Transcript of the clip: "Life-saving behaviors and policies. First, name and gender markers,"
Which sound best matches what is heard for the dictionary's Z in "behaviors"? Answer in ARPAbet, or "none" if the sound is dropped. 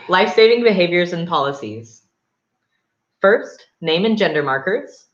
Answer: Z